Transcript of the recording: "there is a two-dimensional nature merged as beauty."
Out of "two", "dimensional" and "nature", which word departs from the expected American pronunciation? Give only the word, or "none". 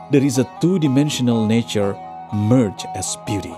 none